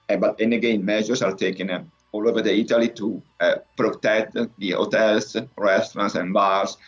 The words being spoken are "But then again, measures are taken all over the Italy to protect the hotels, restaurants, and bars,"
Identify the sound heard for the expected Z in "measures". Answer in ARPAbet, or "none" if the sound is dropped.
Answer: S